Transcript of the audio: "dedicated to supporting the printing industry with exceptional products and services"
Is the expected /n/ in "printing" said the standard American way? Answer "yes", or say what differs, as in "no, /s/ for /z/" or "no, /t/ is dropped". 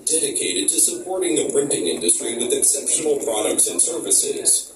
yes